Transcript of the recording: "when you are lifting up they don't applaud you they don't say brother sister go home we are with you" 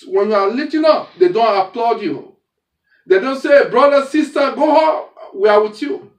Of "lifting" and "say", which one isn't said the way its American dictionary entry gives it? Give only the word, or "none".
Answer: lifting